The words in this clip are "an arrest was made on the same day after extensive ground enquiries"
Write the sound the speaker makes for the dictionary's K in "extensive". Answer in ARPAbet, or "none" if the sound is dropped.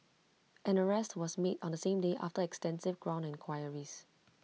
K